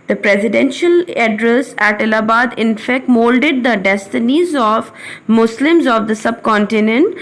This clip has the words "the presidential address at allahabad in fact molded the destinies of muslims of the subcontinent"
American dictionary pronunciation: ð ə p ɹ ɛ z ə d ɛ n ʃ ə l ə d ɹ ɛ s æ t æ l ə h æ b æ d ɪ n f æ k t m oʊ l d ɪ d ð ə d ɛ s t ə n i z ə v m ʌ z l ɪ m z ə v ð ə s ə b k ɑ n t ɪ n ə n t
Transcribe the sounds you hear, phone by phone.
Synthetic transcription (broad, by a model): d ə p ɹ ɛ z ə d ɛ n ʃ ə l ə d ɹ ɛ s æ t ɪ l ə b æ d ɪ n f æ k t m oʊ l d ɪ d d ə d ɛ s t ə n i z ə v m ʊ s l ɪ m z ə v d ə s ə b k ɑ n t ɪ n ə n t